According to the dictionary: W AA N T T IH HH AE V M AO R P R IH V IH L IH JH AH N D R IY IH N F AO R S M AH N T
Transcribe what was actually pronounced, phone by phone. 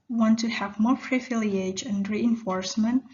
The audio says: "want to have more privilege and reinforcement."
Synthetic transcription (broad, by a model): W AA N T T IH HH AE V M AO R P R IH F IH L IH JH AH N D R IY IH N F AO R S M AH N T